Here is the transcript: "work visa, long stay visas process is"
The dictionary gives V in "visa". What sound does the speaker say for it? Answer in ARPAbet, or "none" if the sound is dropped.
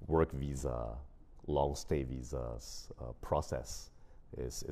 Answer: V